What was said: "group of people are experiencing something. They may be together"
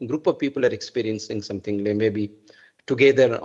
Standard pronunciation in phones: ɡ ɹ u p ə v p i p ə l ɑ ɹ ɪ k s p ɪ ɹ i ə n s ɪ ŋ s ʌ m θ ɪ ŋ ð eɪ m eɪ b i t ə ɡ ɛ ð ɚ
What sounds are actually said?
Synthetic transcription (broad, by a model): ɡ ɹ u p ə v p i p ə l ɑ ɹ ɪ k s p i ɹ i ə n s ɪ ŋ s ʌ m t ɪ ŋ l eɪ m eɪ b i t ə ɡ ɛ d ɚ